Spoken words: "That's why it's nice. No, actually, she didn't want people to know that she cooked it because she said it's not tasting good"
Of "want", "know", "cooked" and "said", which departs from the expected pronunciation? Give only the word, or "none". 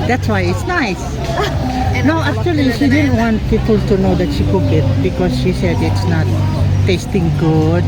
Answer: cooked